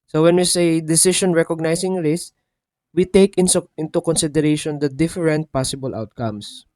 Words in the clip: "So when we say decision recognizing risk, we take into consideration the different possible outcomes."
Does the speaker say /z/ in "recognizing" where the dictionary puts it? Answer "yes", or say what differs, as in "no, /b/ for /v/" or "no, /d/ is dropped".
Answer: no, /s/ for /z/